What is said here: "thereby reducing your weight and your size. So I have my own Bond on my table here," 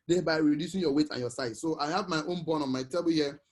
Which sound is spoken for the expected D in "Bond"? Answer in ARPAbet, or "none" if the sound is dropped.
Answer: none